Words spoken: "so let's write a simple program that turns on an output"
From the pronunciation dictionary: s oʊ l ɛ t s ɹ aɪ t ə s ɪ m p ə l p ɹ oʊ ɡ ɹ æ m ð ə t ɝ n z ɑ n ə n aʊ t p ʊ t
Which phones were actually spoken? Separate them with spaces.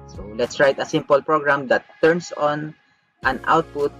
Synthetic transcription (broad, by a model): s oʊ l ɛ t s ɹ aɪ t ə s ɪ m p ə l p ɹ oʊ ɡ ɹ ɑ m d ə t ɝ n s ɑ n ə n aʊ t p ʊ t